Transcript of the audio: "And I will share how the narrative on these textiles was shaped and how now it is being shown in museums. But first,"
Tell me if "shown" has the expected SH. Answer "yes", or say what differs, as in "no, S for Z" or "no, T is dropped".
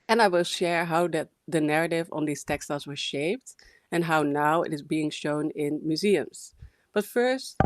yes